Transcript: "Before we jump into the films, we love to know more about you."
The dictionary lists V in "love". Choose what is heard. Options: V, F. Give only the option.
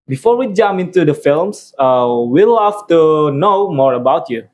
F